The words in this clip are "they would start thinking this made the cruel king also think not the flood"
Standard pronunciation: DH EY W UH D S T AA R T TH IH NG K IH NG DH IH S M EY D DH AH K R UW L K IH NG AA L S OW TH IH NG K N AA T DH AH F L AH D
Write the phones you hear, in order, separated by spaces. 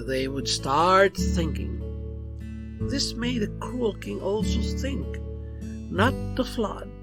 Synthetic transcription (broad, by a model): DH EY W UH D S T AA R T TH IH NG K IH NG DH IH S M EY D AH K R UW L K IH NG AA L S OW TH IH NG K N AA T DH AH F L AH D